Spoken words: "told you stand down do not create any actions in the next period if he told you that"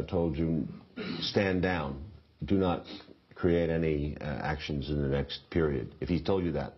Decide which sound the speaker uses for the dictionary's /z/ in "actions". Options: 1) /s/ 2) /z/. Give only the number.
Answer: 2